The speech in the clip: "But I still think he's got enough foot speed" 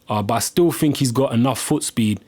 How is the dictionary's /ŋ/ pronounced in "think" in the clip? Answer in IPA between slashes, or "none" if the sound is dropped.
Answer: /ŋ/